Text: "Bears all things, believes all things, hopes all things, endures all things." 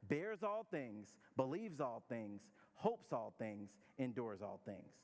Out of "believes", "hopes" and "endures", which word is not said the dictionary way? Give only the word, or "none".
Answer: none